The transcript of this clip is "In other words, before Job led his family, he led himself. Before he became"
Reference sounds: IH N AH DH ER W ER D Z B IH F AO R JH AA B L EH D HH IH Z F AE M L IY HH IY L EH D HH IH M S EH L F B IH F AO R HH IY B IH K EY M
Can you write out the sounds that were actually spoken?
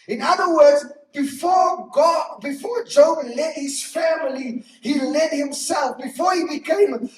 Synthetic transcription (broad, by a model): IH N AH DH ER W ER D Z B IH F AO R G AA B L EH D HH IH Z F AE M L IY HH IY L EH D HH IH M S EH L F B IH F AO R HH IY B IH K EY M